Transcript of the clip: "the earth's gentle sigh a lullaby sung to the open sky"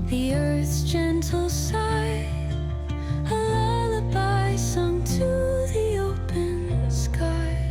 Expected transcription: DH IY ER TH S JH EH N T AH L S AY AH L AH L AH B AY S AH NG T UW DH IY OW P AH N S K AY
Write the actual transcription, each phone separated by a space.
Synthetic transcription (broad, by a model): DH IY ER TH S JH EH N T L S AY AH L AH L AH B AY S AH NG T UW DH IY OW P AH N S K AY